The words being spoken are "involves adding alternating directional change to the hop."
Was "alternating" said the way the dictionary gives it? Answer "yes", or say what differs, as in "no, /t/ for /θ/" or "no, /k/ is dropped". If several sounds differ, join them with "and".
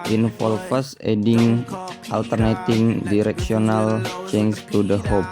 yes